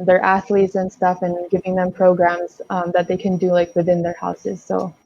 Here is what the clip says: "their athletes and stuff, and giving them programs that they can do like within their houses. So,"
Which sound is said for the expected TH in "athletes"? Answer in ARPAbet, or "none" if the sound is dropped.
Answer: TH